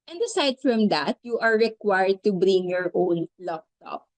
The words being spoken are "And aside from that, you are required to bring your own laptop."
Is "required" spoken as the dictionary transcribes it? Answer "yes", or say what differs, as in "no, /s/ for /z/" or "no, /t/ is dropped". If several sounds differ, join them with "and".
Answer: yes